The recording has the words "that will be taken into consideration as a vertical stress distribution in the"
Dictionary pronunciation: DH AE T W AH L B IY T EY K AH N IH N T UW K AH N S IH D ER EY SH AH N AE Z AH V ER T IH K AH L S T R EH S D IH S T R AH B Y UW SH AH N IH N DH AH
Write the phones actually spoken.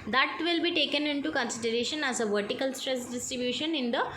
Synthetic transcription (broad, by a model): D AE T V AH L B IY T EY K AH N IH N T UW K AH N S IH D ER EY SH AH N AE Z AH V ER T IH K AH L S T R EH S D IH S T R AH B Y UW SH AH N IH N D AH